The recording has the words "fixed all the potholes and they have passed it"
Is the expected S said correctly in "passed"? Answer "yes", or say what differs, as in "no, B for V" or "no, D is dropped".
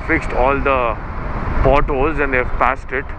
yes